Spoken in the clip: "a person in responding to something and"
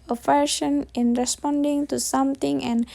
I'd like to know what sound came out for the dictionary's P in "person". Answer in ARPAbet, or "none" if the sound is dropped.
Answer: F